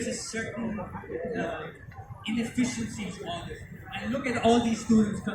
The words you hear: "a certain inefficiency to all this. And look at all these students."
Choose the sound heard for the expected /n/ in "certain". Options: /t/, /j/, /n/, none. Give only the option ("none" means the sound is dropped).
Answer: none